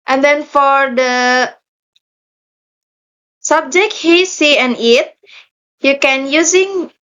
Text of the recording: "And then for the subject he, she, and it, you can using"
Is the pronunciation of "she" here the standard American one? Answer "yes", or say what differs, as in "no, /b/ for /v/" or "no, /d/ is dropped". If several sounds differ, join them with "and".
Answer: no, /s/ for /ʃ/